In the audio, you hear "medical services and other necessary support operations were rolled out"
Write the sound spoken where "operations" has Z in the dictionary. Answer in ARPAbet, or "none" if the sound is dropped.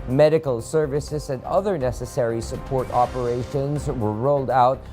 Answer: Z